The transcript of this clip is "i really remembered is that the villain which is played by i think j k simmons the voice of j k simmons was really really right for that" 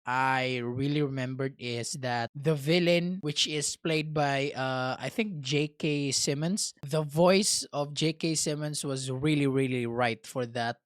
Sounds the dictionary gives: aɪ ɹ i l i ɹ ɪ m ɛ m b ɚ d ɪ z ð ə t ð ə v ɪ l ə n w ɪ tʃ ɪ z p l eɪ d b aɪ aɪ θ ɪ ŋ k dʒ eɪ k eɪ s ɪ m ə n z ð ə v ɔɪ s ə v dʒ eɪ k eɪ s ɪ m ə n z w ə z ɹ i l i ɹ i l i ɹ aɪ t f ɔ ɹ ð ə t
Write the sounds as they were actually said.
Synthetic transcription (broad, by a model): aɪ ɹ i l i ɹ ɪ m ɛ m b ɚ d ɪ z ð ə t ð ə v ɪ l ə n w ɪ tʃ ɪ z p l eɪ d b aɪ aɪ θ ɪ ŋ k dʒ eɪ k eɪ s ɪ m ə n s ð ə v ɔɪ s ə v dʒ eɪ k eɪ s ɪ m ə n s w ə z ɹ i l i ɹ i l i ɹ aɪ t f ɔ ɹ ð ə t